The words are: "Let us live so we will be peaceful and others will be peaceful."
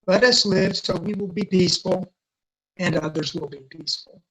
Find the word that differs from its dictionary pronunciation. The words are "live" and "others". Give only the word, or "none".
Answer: none